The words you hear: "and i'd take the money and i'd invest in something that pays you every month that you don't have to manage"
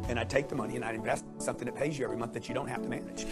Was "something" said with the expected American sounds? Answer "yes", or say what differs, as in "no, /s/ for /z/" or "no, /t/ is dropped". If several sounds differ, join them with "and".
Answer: yes